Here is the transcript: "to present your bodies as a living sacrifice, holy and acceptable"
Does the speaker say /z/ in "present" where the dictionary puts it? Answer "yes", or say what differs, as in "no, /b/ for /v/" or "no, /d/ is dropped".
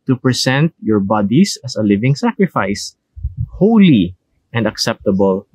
no, /s/ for /z/